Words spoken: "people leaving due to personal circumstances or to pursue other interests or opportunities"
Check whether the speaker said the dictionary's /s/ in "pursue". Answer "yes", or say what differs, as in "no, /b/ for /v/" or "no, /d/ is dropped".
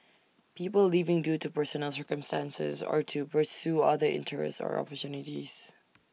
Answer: yes